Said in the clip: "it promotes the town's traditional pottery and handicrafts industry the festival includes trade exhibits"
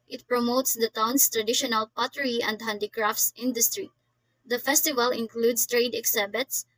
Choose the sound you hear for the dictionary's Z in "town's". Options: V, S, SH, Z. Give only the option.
S